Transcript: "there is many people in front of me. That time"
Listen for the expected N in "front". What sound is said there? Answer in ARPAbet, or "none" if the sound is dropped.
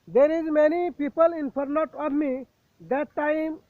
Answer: none